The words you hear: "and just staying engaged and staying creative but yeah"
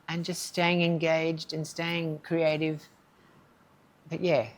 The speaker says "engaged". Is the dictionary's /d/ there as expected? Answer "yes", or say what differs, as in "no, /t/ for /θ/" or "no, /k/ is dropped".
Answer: yes